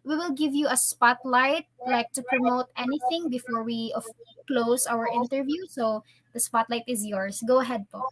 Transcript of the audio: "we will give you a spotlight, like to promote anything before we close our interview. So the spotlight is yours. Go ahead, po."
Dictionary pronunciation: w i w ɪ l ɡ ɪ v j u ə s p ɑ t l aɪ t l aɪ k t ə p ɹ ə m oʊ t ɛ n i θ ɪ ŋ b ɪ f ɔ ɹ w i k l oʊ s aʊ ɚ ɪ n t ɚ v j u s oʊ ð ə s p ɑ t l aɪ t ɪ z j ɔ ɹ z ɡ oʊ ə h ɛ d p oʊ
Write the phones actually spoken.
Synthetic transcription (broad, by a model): w i w ɪ l ɡ ɪ v j u ə s p ɑ t l aɪ t l aɪ k t ə p ɹ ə m oʊ t ɛ n i θ ɪ ŋ b ɪ f ɔ ɹ w i k l oʊ s aʊ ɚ ɪ n t ɚ v j u s oʊ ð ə s p ɑ t l aɪ t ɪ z j ɔ ɹ s ɡ oʊ ə h ɛ d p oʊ